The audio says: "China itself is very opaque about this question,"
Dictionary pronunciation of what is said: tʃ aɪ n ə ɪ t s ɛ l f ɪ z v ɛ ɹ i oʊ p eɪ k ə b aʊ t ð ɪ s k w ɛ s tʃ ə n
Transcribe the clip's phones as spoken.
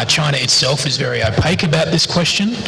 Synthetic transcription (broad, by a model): tʃ aɪ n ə ɪ t s ɛ l f ɪ z v ɛ ɹ i oʊ p eɪ k ə b aʊ t ð ɪ s k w ɛ s tʃ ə n